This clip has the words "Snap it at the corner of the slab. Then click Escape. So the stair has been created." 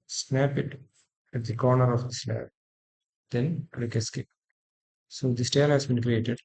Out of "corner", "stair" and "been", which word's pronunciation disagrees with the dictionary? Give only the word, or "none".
stair